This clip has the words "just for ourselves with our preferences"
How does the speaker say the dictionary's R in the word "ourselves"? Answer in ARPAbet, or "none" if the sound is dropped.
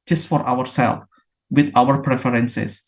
W